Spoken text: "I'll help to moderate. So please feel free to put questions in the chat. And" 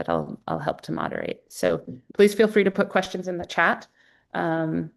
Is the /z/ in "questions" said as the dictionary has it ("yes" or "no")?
yes